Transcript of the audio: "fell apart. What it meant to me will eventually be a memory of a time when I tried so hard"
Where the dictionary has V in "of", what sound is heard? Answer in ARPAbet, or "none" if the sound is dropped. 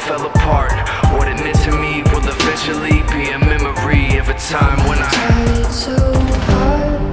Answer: V